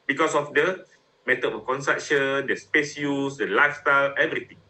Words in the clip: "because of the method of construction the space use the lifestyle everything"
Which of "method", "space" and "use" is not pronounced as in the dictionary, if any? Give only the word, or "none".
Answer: method